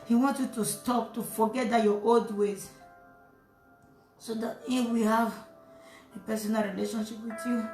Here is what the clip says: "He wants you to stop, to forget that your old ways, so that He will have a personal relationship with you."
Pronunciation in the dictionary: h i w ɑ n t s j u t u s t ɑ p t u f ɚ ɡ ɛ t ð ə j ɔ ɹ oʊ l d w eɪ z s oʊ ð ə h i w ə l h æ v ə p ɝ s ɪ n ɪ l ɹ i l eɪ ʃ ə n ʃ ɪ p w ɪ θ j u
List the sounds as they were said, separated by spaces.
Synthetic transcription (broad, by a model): h i w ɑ n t j u t u s t ɑ p t u f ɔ ɡ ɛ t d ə j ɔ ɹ oʊ l d w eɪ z s oʊ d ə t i w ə h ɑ v ə p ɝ s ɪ n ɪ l ɹ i l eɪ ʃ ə n ʃ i p w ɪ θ j u